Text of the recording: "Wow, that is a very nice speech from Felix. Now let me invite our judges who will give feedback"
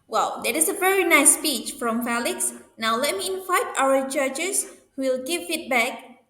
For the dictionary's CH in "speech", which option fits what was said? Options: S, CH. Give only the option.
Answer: CH